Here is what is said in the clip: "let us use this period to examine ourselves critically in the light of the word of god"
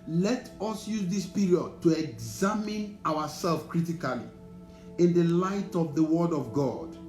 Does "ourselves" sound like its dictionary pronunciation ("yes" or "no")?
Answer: no